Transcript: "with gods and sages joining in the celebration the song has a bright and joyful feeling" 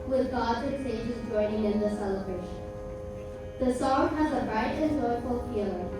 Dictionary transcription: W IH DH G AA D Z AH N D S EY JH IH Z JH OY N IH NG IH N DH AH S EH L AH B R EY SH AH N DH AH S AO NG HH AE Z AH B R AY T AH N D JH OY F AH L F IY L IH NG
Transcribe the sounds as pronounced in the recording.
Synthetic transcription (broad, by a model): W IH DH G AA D AH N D S EY JH IH Z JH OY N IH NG IH N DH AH S EH L AH B R EY SH AH N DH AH S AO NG HH AE Z AH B R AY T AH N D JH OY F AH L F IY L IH